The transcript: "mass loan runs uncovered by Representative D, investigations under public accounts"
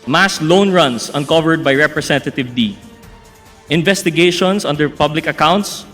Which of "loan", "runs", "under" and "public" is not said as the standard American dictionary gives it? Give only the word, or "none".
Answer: runs